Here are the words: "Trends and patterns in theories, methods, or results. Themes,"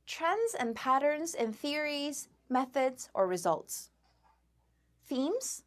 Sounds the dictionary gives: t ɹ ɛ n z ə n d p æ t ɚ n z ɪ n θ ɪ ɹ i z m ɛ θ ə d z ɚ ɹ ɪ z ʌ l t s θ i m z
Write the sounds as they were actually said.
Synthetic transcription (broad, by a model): t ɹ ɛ n z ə n p æ t ɚ n z ɪ n θ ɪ ɹ i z m ɛ θ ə d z ɚ ɹ ɪ z ʌ l t s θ i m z